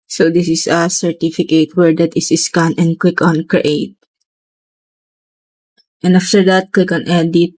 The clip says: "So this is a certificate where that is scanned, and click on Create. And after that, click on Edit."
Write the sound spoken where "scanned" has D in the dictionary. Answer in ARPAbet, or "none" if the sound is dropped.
none